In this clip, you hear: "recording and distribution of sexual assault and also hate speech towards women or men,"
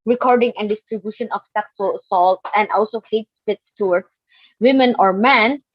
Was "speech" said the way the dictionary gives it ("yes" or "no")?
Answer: no